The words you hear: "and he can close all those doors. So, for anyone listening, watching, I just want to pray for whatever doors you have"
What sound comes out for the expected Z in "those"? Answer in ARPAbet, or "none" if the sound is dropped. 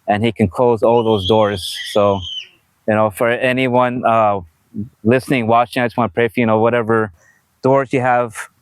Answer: Z